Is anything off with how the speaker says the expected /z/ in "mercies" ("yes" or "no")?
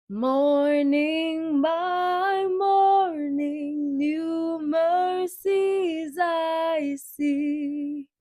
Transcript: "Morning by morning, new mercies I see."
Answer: no